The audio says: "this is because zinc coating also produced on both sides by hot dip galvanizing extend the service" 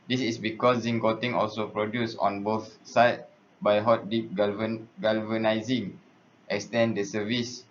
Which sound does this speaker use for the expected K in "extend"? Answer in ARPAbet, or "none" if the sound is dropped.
K